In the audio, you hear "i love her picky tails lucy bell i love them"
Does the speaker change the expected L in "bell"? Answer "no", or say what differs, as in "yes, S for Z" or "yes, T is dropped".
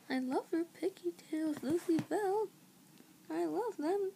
no